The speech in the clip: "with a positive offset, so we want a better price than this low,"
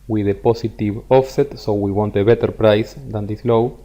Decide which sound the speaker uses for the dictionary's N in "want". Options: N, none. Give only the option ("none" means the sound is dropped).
N